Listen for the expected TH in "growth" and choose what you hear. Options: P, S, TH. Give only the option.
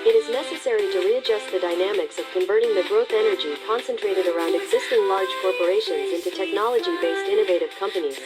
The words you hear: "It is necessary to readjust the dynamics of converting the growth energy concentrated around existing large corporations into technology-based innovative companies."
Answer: TH